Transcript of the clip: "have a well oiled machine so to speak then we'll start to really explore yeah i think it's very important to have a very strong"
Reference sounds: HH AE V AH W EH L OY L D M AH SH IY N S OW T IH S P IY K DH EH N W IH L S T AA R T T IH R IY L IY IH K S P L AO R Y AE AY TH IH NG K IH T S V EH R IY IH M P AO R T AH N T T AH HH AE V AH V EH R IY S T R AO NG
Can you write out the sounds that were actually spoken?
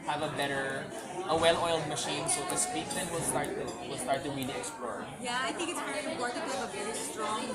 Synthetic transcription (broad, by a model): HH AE V AH W EH L OY L D M AH SH IY N S OW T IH S P IY K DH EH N W IH L S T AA R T T IH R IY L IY IH K S P L AO R Y AE AY TH IH NG K IH T S P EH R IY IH P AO R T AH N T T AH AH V AH V EH R IY S T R AO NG